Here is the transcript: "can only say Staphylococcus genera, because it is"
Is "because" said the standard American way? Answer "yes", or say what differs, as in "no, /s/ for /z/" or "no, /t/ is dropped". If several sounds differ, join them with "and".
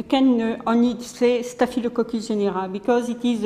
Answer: yes